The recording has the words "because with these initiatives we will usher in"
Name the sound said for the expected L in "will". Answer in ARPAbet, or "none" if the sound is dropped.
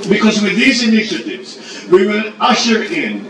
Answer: N